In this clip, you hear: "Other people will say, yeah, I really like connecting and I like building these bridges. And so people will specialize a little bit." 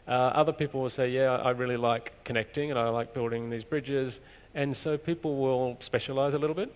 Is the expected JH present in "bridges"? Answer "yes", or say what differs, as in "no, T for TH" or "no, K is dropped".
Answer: yes